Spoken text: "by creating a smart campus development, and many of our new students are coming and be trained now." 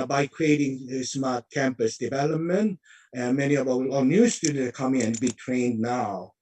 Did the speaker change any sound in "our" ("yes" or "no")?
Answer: yes